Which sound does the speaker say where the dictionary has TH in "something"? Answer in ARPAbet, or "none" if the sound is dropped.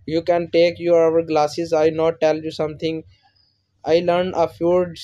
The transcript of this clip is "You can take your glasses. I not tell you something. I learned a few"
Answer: T